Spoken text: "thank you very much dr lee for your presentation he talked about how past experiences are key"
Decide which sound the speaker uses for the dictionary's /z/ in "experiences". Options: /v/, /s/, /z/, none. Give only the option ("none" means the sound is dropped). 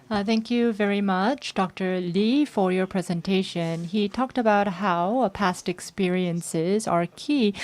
/z/